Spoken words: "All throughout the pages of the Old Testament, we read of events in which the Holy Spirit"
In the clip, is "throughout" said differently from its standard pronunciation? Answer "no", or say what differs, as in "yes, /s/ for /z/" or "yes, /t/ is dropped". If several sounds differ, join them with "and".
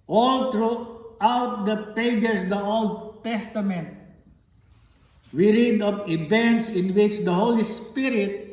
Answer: yes, /t/ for /θ/